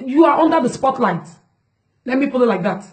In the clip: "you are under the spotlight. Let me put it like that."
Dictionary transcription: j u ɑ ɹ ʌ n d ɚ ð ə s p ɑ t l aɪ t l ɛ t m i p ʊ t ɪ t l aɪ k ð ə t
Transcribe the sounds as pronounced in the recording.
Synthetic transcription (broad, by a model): j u ɑ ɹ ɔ n d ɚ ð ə s p ɑ t l aɪ t l ɛ t m i p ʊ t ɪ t l aɪ k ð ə t